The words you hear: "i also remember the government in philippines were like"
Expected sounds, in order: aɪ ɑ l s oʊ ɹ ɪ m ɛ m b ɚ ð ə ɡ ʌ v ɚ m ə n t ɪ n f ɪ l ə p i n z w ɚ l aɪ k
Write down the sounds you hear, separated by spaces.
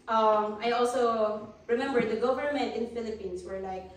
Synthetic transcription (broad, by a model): aɪ ɑ l s oʊ ɹ ɪ m ɛ m b ɚ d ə ɡ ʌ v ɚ m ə n t ɪ n f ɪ l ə p i n s w ɚ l aɪ k